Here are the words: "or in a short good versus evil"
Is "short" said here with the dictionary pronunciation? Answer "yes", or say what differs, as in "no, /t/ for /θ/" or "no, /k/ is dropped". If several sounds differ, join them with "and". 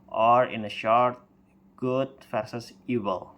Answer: yes